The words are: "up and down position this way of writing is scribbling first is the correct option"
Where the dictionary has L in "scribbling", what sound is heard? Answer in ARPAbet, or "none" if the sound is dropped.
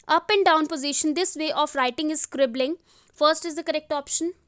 L